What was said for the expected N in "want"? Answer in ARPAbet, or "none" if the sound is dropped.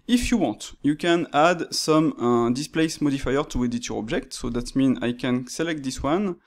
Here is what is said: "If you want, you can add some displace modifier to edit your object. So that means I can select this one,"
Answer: none